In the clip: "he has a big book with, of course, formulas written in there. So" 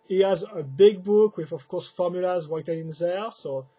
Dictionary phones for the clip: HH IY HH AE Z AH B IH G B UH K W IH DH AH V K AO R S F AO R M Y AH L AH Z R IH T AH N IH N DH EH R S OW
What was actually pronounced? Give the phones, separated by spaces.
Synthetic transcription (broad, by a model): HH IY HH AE Z AH B IH G B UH K W IH DH AH V K AO R S F AO R M Y AH L AH Z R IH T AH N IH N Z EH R S OW